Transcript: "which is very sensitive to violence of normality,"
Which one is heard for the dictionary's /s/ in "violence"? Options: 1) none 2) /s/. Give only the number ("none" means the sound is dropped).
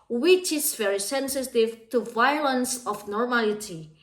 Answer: 2